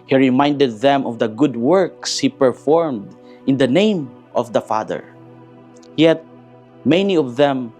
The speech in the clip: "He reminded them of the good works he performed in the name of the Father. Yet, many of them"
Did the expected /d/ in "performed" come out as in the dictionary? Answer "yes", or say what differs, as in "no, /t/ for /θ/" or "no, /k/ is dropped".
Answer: yes